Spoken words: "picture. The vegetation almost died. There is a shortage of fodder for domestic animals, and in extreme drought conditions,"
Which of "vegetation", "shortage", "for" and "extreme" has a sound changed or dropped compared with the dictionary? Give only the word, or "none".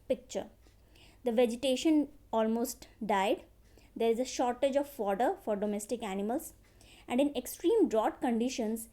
none